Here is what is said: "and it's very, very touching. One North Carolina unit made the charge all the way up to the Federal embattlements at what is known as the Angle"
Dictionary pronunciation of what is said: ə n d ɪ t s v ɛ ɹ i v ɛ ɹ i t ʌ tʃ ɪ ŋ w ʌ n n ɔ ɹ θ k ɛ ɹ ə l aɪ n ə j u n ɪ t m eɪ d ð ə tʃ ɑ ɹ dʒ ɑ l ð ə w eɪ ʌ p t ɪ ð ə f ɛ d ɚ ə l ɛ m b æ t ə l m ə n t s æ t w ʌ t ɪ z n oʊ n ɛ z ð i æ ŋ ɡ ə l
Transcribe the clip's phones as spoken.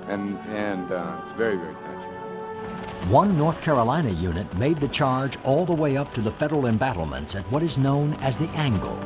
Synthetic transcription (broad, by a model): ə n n ɪ t s v ɛ ɹ i v ɛ ɹ i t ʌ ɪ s w ʌ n n ɔ ɹ θ k ɛ ɹ ə l aɪ n ə j u n ɪ t m eɪ d ð ə tʃ ɑ ɹ dʒ ɑ l ð ə w eɪ ʌ p t ɪ ð ə f ɛ d ɚ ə l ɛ m b æ t l m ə n t s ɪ t w ʌ t ɪ z n oʊ n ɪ z ð i æ ŋ ɡ l